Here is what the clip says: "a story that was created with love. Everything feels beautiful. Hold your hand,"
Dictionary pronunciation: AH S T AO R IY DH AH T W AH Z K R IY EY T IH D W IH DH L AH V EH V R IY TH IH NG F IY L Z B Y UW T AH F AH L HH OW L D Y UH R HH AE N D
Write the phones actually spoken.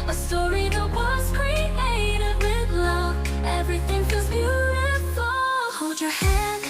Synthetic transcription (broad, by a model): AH S T AO R IY DH AH T W AH Z K R IY EY T IH D W IH DH L AH V EH V R IY TH IH NG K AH Z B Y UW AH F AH HH OW L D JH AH R HH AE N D